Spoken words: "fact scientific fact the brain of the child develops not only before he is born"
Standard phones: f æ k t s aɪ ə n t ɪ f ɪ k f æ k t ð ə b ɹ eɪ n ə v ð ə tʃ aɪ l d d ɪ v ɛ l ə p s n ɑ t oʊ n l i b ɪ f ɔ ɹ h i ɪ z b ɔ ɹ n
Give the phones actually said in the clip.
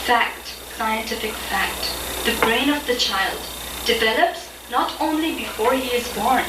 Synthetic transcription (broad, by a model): f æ k t s aɪ ə n t ɪ f ɪ k f æ k t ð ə b ɹ eɪ n ə v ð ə tʃ aɪ l d d ɪ v ɛ l ə p s n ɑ t oʊ n l i b ɪ f ɔ ɹ h i ɪ z b ɔ ɹ n